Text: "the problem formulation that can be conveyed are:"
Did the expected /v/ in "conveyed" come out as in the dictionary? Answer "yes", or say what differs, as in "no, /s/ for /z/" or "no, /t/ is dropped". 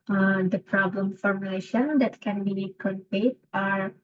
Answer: no, /p/ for /v/